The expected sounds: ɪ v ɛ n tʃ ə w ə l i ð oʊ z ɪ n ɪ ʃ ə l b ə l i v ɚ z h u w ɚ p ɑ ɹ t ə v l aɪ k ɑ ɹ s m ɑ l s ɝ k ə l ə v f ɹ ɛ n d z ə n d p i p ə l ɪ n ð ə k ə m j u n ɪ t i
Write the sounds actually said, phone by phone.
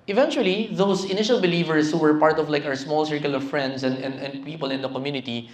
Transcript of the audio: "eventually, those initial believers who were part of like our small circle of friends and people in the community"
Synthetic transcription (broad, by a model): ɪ v ɛ n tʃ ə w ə l i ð oʊ s ɪ n ɪ ʃ ə l b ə l i v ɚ s h u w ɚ p ɑ ɹ t ə v l aɪ k ɑ ɹ s m ɑ l s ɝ k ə l ə v f ɹ ɛ n d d ə n d p i p ə l ɪ n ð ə k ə m j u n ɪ t i